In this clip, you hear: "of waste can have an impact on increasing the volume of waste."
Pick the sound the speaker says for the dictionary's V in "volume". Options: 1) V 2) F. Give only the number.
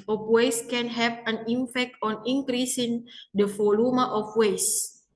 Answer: 2